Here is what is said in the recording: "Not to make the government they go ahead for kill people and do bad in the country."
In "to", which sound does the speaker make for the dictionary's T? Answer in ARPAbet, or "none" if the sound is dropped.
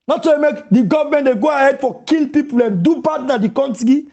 S